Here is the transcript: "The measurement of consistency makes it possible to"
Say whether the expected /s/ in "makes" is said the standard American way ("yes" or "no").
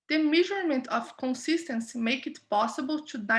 no